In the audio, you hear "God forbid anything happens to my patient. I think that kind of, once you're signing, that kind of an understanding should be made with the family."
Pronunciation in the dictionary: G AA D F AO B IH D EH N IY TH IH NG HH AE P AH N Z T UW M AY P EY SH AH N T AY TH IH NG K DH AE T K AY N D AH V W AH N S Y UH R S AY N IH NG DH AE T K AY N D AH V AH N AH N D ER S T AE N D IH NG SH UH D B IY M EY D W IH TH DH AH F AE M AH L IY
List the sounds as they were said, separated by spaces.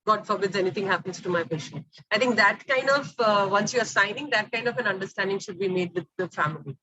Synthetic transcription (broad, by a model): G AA D F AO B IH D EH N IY T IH NG HH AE P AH N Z T UW M AY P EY SH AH N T AY T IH NG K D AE T K AY N D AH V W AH N S Y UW R S AY N IH NG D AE T K AY N D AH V AH N AH N D ER S T AE N D IH NG SH UH D B IY M EY D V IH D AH F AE M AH L IY